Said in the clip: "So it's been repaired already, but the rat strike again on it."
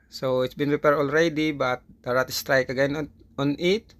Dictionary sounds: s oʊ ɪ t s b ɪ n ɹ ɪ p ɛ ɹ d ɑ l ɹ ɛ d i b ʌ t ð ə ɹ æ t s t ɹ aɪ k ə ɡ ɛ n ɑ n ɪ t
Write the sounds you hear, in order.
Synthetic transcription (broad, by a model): s oʊ ɪ t s b ɪ n ɹ ɪ p ɛ ɹ d ɑ l ɹ ɛ d i b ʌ t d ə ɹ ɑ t s t ɹ aɪ k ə ɡ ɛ n ɑ n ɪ t